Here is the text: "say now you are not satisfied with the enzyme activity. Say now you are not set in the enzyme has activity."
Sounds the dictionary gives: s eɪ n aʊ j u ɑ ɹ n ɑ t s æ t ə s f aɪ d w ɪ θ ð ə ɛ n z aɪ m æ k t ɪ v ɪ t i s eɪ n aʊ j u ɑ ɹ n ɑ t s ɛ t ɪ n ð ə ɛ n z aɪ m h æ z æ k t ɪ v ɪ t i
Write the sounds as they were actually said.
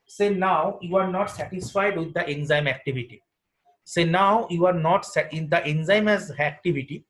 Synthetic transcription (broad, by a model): s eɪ n aʊ j u ɑ ɹ n ɑ t s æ t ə s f aɪ d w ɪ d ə ɛ n z aɪ m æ k t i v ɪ t i s eɪ n aʊ j u ɑ ɹ n ɑ t s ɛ ɪ n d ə ɛ n z aɪ m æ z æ k t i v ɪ t i